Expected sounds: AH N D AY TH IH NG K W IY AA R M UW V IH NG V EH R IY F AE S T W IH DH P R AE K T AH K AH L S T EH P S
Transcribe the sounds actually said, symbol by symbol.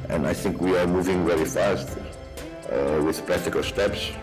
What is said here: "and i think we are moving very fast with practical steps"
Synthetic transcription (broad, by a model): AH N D AY TH IH NG K W IY AA R M UW V IH NG V EH R IY F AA S T W IH DH P R AE K T AH K AH L S T EH P S